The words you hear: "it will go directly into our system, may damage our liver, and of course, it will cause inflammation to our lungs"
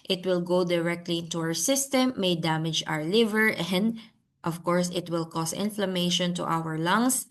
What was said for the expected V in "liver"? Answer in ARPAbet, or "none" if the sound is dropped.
V